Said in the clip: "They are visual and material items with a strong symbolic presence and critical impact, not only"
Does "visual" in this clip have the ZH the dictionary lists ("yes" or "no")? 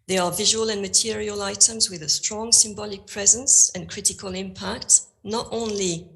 yes